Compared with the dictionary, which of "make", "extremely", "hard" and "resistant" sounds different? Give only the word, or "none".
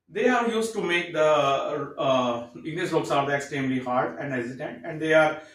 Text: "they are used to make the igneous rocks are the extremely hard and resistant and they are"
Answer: resistant